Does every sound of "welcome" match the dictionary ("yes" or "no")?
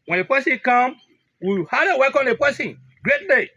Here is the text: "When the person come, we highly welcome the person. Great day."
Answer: no